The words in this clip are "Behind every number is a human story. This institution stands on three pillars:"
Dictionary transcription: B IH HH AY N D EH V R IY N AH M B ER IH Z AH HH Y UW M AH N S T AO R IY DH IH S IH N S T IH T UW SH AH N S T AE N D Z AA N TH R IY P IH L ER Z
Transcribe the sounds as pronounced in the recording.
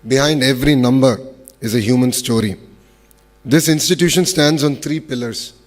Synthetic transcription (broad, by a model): B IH HH AY N D EH V R IY N AH M B ER IH Z AH HH Y UW M AH N S T AO R IY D IH S IH N S T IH T UW SH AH N S T AE N D Z AA N T R IY P IH L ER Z